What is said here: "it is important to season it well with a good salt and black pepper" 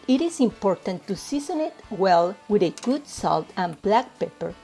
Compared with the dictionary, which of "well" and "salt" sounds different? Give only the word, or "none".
none